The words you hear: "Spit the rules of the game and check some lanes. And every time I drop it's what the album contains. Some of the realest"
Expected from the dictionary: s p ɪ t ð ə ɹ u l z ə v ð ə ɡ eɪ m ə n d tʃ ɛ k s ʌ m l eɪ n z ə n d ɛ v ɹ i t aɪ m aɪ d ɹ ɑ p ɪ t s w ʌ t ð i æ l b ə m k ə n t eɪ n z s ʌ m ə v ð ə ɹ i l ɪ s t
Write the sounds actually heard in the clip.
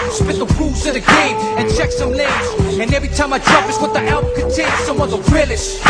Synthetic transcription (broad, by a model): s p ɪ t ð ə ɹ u z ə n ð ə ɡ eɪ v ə n tʃ ɛ k s ʌ m l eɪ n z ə n ɛ v ɹ i t aɪ m aɪ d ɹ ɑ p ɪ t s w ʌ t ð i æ l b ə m k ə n t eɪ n s ʌ m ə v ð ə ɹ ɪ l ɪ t